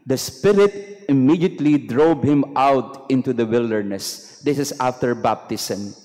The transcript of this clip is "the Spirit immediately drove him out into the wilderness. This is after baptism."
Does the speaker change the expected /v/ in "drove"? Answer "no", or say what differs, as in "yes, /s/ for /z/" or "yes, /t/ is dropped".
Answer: yes, /b/ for /v/